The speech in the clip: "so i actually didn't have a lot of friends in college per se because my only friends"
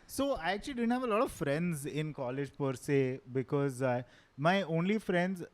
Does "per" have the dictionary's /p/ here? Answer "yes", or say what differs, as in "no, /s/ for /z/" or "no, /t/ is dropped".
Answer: yes